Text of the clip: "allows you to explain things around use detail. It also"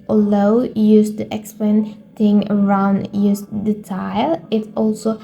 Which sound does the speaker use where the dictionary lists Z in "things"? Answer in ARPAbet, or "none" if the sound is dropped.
none